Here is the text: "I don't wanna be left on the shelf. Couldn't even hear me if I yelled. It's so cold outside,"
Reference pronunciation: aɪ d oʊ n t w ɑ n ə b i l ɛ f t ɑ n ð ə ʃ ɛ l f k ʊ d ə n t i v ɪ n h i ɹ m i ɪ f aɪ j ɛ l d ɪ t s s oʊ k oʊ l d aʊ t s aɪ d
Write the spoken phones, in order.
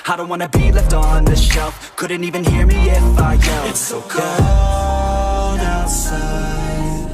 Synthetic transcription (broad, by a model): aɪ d oʊ n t w ɑ n ə b i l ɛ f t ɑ n ð ə ʃ ɛ l f k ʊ d n t i v ɪ n h i ɹ m i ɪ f aɪ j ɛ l ɪ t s s oʊ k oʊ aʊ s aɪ